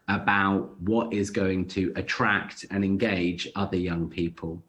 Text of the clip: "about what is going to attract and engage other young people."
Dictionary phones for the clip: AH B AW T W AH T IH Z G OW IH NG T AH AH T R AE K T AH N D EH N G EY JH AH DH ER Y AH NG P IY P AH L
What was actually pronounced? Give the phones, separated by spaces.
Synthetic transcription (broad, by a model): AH B AW T W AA T IH Z G OW IH NG T AH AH T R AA K T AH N EH N G EY JH AH DH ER Y AH NG P IY P AH L